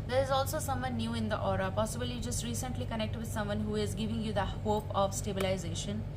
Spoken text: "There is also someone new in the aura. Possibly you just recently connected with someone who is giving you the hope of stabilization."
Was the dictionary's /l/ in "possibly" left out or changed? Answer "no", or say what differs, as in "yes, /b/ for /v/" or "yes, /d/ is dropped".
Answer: yes, /l/ is dropped